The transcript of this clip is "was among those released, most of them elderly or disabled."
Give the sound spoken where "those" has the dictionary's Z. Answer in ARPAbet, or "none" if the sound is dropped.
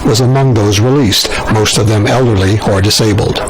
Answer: Z